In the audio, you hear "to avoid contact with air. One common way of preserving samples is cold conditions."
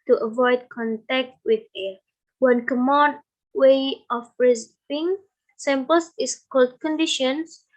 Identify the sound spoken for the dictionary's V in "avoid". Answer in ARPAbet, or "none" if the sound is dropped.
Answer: V